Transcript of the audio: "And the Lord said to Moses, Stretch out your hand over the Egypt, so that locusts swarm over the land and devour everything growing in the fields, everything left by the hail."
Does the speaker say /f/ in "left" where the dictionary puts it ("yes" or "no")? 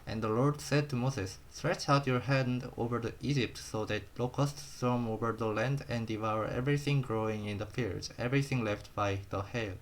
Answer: yes